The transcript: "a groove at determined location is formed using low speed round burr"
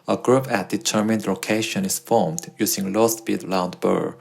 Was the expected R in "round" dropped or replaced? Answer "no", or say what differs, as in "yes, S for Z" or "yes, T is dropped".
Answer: yes, L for R